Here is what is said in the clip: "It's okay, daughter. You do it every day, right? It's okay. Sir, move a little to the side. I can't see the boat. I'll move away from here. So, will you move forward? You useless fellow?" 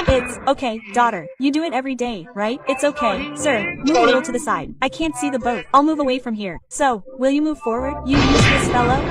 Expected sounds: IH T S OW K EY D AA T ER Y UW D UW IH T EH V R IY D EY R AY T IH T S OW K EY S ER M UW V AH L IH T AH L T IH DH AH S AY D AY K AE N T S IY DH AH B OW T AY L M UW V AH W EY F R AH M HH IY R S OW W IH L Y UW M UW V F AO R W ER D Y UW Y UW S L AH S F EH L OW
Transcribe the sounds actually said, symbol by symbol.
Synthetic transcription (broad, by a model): IH T S OW K EY D AA T ER Y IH D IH IH T EH V R IY D EY R AY T IH T S OW K EY S ER M UW V AH L IH T L T IH DH AH S AY D AY K AE N T S IY DH AH B OW T AY L M UW V AH W EY F R AH M HH IY R S OW W IH L Y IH M UW V F AO R W ER D Y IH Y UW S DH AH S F EH L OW